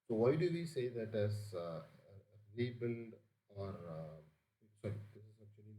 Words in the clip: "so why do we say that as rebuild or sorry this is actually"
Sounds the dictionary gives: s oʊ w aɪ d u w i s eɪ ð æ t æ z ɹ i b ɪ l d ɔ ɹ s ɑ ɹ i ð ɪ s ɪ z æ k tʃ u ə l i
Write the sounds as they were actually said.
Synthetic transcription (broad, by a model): s oʊ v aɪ d u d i s eɪ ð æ t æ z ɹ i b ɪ n d ɔ ɹ s ɑ ɹ i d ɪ s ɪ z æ k tʃ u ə l i